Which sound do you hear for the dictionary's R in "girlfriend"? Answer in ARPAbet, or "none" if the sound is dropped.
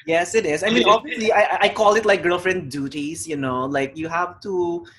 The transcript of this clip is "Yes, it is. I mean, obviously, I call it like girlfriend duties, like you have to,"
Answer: R